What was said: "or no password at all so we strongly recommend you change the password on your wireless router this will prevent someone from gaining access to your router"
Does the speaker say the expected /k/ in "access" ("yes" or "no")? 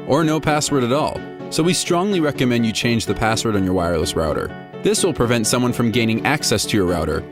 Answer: yes